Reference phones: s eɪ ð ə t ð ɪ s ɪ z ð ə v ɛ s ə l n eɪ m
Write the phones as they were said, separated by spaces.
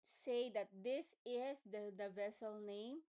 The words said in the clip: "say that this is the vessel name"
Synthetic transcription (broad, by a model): s eɪ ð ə t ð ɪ s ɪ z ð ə v ɛ s ə l n eɪ m